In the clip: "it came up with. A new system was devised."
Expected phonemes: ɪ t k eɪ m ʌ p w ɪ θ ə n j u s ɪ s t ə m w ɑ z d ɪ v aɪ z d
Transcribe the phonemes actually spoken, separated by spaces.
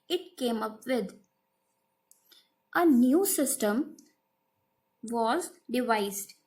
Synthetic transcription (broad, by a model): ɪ t k eɪ m ʌ p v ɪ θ ə n j u s ɪ s t ə m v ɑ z d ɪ v aɪ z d